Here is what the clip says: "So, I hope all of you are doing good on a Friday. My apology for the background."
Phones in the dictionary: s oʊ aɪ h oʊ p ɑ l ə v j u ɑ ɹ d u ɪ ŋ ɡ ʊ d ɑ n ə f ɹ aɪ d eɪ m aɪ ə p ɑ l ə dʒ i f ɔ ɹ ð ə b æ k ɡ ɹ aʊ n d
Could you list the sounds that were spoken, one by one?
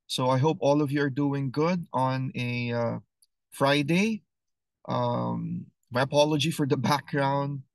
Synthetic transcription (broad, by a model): s oʊ aɪ h oʊ p ɑ l ə v j u ɑ ɹ d u ɪ ŋ ɡ ʊ d ɑ n ə f ɹ aɪ d eɪ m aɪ ə p ɑ l ə dʒ i f ɔ ɹ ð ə b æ k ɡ ɹ aʊ n d